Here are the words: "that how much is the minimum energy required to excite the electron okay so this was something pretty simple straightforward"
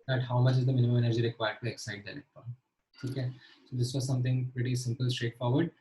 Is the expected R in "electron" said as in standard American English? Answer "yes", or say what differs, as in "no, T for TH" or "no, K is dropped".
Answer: no, R is dropped